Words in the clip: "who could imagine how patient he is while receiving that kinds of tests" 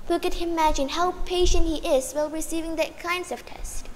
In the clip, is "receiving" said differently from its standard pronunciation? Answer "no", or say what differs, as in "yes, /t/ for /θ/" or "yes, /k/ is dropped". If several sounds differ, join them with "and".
no